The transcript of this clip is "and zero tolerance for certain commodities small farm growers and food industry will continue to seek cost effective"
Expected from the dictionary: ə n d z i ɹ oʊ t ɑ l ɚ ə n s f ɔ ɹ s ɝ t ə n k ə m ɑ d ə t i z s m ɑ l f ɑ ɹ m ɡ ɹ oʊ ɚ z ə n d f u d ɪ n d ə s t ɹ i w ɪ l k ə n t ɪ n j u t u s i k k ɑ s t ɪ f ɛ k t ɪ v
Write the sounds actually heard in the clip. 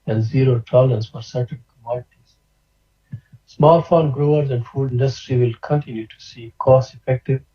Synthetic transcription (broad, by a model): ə n d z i ɹ oʊ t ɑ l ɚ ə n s f ɔ ɹ s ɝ t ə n k ə m ɑ d ə t i z s m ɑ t f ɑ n ɡ ɹ oʊ ɚ z ə n d f u d ɪ n d ə s t ɹ i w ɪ l k ə n t ɪ n j u t u s i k k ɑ s ɪ f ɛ k t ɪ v